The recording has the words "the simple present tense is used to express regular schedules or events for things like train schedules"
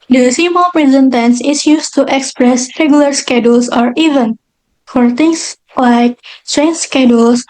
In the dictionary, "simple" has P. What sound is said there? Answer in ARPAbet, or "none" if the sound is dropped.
none